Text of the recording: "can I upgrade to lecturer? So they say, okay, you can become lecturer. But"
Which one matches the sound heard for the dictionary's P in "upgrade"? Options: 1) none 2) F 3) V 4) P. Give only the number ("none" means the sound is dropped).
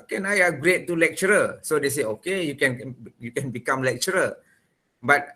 1